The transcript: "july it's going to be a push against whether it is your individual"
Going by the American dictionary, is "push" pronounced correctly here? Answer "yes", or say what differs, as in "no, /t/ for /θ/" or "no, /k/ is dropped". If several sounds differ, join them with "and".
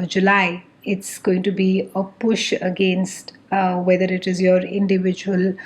yes